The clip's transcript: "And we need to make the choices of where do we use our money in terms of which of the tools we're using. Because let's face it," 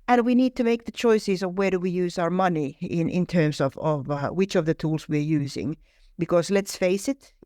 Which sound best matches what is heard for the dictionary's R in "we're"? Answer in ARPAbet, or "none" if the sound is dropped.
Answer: R